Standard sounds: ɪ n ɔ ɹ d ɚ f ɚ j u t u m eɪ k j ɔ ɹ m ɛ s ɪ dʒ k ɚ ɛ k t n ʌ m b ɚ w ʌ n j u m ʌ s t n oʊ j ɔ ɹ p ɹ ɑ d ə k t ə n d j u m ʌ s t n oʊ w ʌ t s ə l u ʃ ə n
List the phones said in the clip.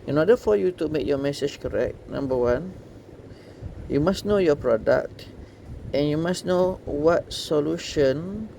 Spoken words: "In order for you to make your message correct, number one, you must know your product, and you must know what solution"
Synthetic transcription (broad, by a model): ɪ n ɔ d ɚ f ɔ j u t u m eɪ k j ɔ m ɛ s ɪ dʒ k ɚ ɛ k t n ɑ m b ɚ w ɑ n j u m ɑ s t n oʊ j ɔ p ɹ ɑ d ə k t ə n j u m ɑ s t n oʊ w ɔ t s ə l u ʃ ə n